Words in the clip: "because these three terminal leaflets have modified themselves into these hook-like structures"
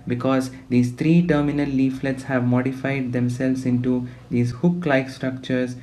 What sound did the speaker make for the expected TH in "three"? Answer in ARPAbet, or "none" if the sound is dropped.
T